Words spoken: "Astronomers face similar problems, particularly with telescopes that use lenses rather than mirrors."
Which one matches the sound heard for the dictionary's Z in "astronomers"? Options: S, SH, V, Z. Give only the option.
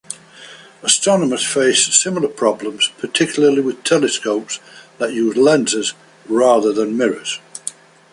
S